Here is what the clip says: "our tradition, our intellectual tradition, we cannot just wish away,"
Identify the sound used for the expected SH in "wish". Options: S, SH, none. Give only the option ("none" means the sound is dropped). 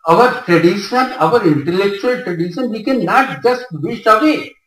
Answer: S